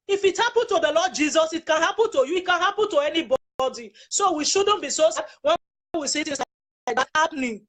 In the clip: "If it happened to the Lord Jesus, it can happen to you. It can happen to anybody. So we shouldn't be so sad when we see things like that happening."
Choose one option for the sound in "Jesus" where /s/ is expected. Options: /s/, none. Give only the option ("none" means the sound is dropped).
/s/